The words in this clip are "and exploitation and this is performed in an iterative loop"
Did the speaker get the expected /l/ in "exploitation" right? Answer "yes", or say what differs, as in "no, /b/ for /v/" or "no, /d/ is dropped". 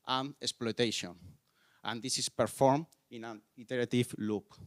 yes